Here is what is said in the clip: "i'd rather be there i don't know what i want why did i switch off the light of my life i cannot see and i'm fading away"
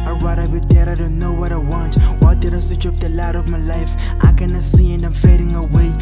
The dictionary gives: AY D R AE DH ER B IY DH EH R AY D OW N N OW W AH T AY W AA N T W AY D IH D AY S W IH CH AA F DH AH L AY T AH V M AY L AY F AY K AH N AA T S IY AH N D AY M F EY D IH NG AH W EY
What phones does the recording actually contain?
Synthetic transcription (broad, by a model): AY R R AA IH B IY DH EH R AY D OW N N OW W AH T AY W AA N T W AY D IH D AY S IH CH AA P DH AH L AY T AH V M AY L AY F AY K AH N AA S IY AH N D AY M F EY D IH NG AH W EY